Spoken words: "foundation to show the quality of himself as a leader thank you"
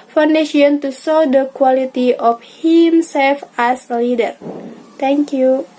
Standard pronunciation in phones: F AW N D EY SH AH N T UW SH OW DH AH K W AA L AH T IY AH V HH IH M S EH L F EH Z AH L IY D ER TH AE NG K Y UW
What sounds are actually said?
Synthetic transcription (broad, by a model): F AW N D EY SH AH N T UW S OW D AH K W AA L AH T IY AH F HH IH M S EH L F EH S AH L IY D ER T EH NG K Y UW